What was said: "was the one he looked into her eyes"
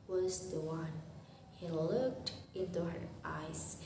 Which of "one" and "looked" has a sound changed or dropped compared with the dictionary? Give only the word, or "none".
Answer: none